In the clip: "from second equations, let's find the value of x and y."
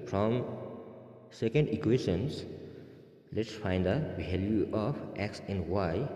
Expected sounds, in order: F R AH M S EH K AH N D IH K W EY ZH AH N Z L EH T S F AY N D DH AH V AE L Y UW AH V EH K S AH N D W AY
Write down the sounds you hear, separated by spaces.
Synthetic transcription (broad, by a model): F R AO M S EH K AH N D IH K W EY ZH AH N S L EH T S F AY N D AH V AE L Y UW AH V EH K S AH N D W AY